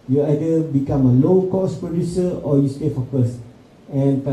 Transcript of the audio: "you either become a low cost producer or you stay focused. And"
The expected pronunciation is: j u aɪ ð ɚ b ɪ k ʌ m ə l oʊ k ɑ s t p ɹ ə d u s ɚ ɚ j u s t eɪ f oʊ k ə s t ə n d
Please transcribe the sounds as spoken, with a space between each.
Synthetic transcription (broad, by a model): j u aɪ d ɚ b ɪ k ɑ m ə l oʊ k ɑ s p ɹ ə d u s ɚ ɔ j u s t eɪ f oʊ k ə s ə n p